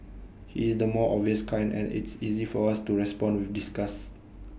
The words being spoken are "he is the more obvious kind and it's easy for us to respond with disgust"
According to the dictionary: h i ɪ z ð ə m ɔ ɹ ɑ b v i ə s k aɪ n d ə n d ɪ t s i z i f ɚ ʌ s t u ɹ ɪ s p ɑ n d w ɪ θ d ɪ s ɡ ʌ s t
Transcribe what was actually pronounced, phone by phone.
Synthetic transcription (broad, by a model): h i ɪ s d ə m ɔ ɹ ɑ v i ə s k aɪ n d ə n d ɪ t s i z i f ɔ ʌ s t u ɹ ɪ s p ɑ n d w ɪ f d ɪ s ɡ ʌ s